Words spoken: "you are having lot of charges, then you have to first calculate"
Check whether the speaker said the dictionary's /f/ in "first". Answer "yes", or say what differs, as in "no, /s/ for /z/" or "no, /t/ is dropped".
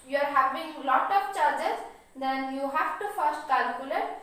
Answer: yes